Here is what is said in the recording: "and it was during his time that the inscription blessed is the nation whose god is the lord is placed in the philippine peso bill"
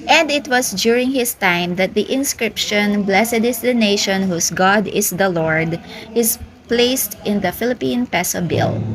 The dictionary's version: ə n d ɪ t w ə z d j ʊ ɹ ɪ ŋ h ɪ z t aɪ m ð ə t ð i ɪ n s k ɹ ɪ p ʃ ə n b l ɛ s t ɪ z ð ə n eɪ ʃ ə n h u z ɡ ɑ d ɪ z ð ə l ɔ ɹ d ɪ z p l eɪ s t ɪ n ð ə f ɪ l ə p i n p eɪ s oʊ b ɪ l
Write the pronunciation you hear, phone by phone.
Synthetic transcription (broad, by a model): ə n d ɪ t w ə s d j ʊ ɹ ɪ ŋ h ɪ s t aɪ m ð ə t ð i ɪ n s k ɹ ɪ p ʃ ə n b l ɛ s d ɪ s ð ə n eɪ ʃ ə n h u s ɡ ɑ d ɪ s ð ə l ɔ ɹ d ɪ s p l eɪ s t ɪ n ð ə f ɪ l ə p i n p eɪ s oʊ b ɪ l